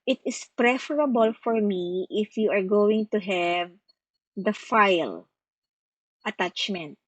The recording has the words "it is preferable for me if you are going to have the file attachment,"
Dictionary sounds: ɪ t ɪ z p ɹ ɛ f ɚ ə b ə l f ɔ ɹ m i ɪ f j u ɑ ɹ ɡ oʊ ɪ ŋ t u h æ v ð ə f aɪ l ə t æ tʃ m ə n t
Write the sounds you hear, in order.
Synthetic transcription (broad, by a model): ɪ t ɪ s p ɹ ɛ f ɚ ə b ə l f ɔ ɹ m i ɪ f j u ɑ ɹ ɡ oʊ ɪ ŋ t u h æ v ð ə f aɪ l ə t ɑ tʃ m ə n t